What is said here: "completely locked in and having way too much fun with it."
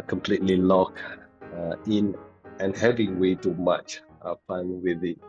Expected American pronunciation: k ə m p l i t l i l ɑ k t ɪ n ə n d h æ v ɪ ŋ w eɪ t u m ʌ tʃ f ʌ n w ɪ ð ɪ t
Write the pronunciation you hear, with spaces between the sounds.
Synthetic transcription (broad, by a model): k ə m p l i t l i l ɑ k ɪ n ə n h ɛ v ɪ ŋ w eɪ t u m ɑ tʃ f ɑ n w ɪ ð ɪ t